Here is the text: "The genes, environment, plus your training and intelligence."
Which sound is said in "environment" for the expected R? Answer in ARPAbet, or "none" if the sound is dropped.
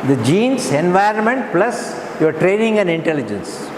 R